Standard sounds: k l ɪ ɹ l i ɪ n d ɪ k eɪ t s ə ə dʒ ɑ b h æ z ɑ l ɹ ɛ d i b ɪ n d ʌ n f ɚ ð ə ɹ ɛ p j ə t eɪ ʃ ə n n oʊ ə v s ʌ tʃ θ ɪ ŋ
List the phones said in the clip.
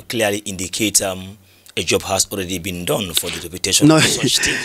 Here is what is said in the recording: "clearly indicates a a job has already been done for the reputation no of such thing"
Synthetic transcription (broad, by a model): k l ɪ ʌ l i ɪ n d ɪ k eɪ t ə ə dʒ ɑ b h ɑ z ɑ l ɹ ɛ d i b ɪ n d ʌ n f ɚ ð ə ɹ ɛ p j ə t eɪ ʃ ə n n oʊ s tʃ